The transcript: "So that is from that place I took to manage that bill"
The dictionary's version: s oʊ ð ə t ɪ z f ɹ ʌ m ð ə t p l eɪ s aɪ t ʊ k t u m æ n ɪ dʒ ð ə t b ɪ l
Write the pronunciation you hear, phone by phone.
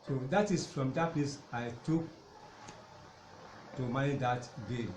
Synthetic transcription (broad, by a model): s oʊ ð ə t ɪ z f ɹ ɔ m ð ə t p l eɪ s aɪ t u k t u m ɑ ɪ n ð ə t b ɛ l